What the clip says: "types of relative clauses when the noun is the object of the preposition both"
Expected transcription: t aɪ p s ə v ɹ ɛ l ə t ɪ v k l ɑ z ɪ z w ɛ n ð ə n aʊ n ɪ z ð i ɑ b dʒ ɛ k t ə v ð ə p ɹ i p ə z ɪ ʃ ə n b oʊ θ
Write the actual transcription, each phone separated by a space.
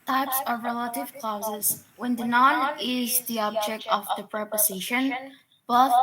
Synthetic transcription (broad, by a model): t aɪ p s ə v ɹ ɛ l ə t ɪ v k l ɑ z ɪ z w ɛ n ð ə n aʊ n ɪ z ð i ɑ b dʒ ɛ k t ə v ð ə p ɹ i p ə z ɪ ʃ ə n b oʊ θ